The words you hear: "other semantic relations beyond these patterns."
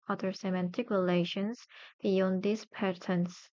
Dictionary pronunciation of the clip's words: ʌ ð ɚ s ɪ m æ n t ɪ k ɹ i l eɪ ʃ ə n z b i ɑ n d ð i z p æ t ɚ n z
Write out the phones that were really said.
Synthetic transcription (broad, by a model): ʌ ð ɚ s ɪ m æ n t ɪ k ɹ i l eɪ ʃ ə n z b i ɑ n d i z p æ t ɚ n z